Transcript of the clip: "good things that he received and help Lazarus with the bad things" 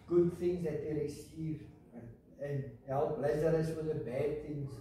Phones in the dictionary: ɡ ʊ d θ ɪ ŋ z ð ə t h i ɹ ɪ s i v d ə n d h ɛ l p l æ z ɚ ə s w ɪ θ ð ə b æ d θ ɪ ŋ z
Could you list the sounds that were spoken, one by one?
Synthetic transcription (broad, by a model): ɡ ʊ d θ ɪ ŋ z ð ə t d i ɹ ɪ s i d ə n h ɛ l p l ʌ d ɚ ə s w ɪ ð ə b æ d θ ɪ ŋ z